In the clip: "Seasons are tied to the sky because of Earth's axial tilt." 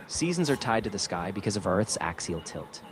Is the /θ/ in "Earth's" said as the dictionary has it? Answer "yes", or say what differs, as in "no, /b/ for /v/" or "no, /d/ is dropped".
yes